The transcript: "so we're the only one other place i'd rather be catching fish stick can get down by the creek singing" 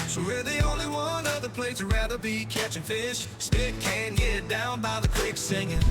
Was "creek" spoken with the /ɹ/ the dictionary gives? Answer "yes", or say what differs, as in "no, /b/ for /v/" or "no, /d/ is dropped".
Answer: no, /w/ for /ɹ/